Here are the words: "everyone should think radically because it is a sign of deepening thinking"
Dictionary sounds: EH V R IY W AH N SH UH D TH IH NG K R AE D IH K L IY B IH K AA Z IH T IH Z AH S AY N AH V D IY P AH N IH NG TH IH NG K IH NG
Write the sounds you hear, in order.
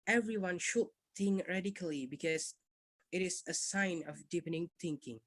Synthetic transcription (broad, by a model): EH V R IY W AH N SH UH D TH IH NG K R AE D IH K L IY B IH K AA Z IH T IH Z AH S AY N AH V D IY P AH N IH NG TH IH NG K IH NG